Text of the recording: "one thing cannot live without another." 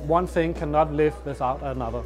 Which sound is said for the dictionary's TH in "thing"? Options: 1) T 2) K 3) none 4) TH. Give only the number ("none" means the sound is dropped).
4